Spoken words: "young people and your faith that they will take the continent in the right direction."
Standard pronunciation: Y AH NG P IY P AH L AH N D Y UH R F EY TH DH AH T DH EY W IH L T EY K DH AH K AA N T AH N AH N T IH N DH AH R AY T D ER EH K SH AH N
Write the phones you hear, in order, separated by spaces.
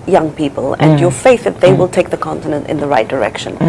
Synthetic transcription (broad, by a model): Y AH NG P IY P AH L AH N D Y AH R F EY TH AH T DH EY W IH L T EY K DH AH K AA N T AH N AH N T IH N DH AH R AY T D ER EH K SH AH N